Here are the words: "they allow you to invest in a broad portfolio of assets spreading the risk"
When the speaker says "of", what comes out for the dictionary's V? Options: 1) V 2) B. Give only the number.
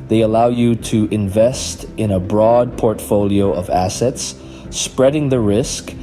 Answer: 1